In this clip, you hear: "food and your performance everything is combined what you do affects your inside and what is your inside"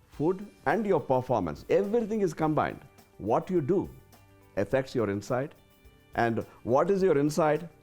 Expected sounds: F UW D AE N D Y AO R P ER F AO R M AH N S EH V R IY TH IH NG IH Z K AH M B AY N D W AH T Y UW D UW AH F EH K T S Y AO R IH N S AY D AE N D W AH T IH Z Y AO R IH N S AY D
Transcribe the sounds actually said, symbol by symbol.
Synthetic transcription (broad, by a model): F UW D AE N D Y AO R P ER F AO R M AH N S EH V R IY T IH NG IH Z K AH M B AY N D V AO T Y UW D UW AH F EH K T S Y AO R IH N S AY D AE N D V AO T IH Z Y AO R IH N S AY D